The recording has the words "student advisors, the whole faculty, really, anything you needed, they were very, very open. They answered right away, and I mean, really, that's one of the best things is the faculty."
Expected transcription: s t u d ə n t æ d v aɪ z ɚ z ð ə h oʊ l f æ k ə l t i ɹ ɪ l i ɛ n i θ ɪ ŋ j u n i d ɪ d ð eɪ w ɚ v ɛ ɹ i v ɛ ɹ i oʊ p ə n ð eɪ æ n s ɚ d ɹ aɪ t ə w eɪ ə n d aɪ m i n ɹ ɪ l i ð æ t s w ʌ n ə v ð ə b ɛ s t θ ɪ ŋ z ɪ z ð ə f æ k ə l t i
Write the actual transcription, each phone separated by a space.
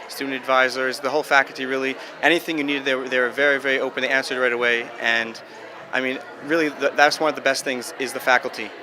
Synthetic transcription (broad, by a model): s t u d n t æ d v aɪ z ɚ z ð ə h oʊ l f æ k l t i ɹ ɪ l i ɛ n i θ ɪ ŋ j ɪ n i d ɪ d ð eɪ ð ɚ v ɛ ɹ i v ɛ ɹ i oʊ p ə n ð eɪ æ n s ɚ d ɹ aɪ t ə w eɪ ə n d aɪ m i n ɹ ɪ l i ð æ t s w ʌ n ə v ð ə b ɛ s t θ ɪ ŋ z ɪ z ð ə f æ k l t i